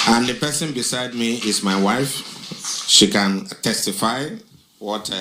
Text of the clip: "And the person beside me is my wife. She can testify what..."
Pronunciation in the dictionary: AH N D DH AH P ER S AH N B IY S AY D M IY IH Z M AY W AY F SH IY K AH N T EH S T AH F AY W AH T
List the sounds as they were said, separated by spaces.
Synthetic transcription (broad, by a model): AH N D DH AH P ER S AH N B IY S AY D M IY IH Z M AY W AY F SH IY K AH N T EH S T AH F AY W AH T